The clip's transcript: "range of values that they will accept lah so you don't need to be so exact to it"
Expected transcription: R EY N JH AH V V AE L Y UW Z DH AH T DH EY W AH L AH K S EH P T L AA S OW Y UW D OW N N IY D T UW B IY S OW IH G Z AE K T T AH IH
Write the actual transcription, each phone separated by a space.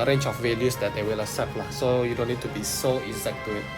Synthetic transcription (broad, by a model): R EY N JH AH F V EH L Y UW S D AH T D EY W AH L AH S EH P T L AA S OW Y UW D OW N N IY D T UW B IY S OW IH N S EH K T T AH